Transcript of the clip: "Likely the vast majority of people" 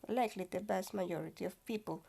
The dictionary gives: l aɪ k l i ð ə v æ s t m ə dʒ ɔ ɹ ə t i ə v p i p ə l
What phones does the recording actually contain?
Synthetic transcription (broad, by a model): l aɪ k l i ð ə b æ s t m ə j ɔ ɹ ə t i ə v p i p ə l